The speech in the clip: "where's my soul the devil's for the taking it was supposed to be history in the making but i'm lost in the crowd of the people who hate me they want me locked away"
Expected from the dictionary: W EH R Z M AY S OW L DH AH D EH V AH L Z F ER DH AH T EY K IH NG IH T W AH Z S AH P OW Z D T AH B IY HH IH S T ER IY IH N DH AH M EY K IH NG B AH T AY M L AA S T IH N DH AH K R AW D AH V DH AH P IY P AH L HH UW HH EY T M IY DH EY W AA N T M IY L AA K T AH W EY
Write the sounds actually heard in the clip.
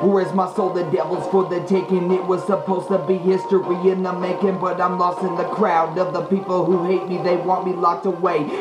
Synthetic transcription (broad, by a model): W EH R Z M AY S OW L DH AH D EH V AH L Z F ER DH AH T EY K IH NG IH T W AH Z S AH P OW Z T AH B IY HH IH S T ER IY IH N DH AH M EY K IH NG B AH T AY M L AA S T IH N DH AH K R AW D AH V DH AH P IY P L HH UW HH EY T M IY DH EY W AA N T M IY L AA K T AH W EY